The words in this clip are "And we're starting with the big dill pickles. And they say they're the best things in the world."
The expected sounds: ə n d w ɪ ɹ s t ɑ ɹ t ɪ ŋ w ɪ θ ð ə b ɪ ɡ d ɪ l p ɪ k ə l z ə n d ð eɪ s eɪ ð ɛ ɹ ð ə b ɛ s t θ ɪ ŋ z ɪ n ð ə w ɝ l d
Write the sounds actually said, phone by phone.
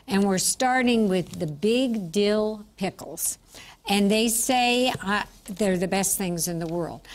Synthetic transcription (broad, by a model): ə n w ɪ ɹ s t ɑ ɹ t ɪ ŋ w ɪ ð ə b ɪ ɡ d ɪ l p ɪ k l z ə n ð eɪ s eɪ ð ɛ ɹ ð ə b ɛ s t θ ɪ ŋ z ɪ n ð ə w ɝ l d